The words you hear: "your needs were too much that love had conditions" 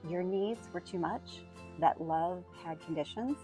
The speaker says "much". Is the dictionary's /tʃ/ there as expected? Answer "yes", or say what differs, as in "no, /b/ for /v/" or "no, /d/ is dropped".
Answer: yes